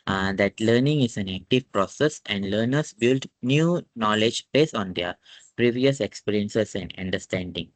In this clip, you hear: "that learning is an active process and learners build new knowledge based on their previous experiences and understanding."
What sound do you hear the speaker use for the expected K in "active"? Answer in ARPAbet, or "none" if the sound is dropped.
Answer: K